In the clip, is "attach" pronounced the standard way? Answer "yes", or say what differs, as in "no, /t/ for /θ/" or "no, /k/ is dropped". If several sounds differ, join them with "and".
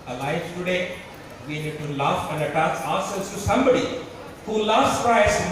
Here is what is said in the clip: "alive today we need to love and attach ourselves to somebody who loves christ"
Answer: no, /s/ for /tʃ/